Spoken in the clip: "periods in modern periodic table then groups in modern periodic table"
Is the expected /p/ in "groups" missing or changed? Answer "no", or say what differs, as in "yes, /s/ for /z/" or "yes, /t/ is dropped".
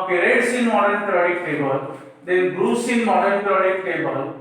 yes, /p/ is dropped